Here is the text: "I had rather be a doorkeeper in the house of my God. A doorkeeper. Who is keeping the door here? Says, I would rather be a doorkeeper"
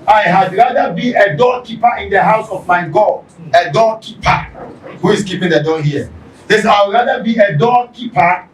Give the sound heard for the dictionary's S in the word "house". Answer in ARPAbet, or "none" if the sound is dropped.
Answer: S